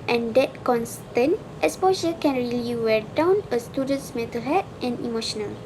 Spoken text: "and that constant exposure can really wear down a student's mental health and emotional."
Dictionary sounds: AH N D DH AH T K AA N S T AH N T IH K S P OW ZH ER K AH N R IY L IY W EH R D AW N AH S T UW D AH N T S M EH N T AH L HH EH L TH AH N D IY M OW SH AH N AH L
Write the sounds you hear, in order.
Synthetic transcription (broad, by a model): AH N D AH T K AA N S T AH N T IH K S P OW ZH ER K AH N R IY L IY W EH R D AW N AH S T UW D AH N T S M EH T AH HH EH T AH N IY M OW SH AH N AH L